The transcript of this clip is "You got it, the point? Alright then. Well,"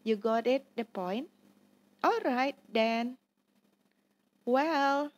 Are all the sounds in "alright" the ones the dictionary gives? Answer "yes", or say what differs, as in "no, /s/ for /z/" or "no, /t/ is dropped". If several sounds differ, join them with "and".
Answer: yes